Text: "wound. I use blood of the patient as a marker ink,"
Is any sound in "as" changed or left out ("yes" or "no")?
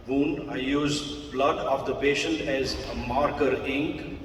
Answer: no